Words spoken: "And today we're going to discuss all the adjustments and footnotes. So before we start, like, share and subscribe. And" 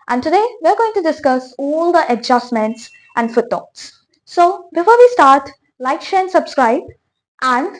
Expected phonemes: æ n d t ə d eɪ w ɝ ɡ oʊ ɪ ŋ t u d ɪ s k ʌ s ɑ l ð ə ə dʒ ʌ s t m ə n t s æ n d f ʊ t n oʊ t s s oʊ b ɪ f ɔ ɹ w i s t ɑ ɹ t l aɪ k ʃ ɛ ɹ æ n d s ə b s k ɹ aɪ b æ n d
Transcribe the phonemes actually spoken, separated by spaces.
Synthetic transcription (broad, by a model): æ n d t ə d eɪ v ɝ ɡ oʊ ɪ ŋ t u d ɪ s k ʌ s ɑ l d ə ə dʒ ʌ s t m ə n t s æ n d f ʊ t oʊ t s s oʊ b ɪ f ɔ ɹ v i s t ɑ ɹ t l aɪ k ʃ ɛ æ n s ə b s k ɹ aɪ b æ n d